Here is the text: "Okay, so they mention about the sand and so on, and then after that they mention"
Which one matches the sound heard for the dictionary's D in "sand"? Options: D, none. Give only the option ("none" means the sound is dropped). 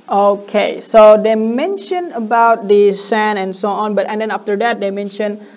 none